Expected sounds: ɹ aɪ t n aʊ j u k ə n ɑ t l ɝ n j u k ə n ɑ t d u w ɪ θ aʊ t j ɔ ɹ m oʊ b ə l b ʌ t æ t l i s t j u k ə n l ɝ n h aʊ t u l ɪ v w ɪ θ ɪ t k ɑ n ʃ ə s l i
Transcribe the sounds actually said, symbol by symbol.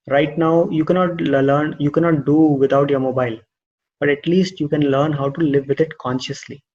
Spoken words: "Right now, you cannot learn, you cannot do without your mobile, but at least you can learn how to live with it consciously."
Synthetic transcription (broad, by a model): ɹ aɪ t n aʊ j u k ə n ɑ t l ɝ n j u k ə n ɑ t d u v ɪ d aʊ t j ɔ ɹ m oʊ b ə l b ʌ t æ t l i s t j u k ə n l ɝ n h aʊ t u l ɪ v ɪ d ɪ t k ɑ n ʃ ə s l i